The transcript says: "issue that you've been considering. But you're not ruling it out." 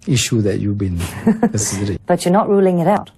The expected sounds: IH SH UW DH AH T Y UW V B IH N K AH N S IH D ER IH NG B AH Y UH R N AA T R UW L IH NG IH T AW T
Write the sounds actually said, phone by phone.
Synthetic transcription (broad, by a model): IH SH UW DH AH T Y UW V B IH N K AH S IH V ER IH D B AH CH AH R N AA T R UW L IH NG IH T AW T